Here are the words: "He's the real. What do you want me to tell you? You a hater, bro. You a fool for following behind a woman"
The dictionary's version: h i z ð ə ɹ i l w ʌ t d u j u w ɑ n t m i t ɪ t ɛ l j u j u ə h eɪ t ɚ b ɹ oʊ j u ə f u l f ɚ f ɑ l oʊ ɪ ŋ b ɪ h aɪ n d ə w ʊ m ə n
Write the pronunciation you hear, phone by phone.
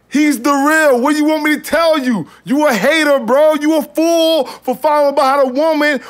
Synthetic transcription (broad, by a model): h i z ð ə ɹ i l w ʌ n j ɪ w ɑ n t m i t ɪ t ɛ l j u j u ə h eɪ t ɚ b ɹ oʊ j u ə f u l f ɚ f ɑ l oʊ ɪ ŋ b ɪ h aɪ d ə w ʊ m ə n